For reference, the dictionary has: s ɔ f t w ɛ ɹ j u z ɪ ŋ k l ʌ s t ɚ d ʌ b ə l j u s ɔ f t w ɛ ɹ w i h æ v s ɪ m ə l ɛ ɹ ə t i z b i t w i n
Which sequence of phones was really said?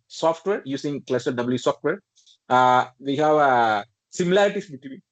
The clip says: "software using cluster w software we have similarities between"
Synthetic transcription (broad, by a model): s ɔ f t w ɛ ɹ j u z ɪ ŋ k l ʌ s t d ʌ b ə l j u s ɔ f t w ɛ ɹ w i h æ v s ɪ m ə l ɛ ɹ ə t i s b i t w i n